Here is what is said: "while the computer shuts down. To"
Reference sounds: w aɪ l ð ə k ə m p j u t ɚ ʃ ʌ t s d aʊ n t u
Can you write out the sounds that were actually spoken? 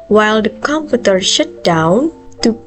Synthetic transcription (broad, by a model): w aɪ l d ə k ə m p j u t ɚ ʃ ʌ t d aʊ n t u